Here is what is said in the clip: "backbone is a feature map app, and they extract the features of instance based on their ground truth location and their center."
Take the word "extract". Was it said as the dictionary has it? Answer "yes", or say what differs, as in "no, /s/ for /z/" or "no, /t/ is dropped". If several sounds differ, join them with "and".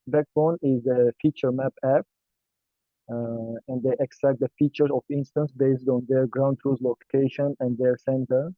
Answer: yes